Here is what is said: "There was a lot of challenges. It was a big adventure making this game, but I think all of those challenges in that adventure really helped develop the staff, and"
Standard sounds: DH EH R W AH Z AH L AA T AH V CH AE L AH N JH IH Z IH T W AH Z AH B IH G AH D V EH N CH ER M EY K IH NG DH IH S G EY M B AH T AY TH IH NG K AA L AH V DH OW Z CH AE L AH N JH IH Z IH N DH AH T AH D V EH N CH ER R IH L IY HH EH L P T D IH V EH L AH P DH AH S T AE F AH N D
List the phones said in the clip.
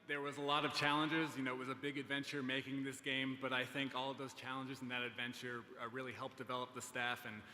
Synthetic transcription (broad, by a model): DH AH R W AH Z AH L AA T AH V CH AE L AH N JH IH Z IH T W AH Z AH B IH G AH D V EH N CH ER M EY K IH NG DH IH S G EY M B AH T AY TH IH NG K AA L AH V DH OW Z CH AE L AH N JH IH Z N DH AH T AH D V EH N CH ER R IH L IY HH EH L P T D IH V EH L AH P DH AH S T AE F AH N